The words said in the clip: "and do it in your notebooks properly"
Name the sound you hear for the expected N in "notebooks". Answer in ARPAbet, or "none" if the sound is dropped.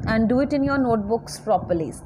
N